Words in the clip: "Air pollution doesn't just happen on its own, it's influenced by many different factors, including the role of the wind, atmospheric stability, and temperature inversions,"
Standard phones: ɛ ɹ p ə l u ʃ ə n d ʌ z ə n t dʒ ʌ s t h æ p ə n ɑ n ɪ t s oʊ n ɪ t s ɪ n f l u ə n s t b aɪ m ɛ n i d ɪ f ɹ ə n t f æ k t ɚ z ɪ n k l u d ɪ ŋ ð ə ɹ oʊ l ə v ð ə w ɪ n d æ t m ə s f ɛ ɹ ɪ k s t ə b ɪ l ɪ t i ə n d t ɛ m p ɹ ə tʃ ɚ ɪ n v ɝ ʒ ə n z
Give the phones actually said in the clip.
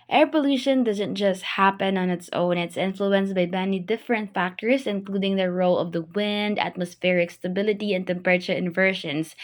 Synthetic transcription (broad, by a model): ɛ ɹ p ə l u ʃ ə n d ʌ z ə n t dʒ ʌ s t h æ p ə n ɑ n ɪ t s oʊ n ɪ t s ɪ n f l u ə n s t b aɪ m ɛ n i d ɪ f ɹ ə n t f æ k t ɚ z ɪ n k l u d ɪ ŋ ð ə ɹ oʊ l ə v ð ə w ɪ n d æ t m ə s f ɛ ɹ ɪ k s t ə b ɪ l ɪ t i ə n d t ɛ m p ɹ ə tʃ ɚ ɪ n v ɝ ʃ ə n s